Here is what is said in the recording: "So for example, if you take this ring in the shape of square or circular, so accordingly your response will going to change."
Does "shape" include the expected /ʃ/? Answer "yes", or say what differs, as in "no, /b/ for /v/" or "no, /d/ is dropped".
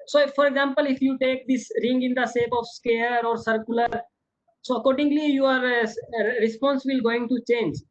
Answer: no, /s/ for /ʃ/